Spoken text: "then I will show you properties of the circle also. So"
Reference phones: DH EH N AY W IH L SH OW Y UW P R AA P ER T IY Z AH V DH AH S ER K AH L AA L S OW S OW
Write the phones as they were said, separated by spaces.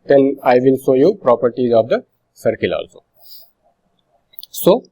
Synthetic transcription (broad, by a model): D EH N AY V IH L S OW Y UW P R AA P ER T IY Z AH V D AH S ER K AH L AA L S OW S OW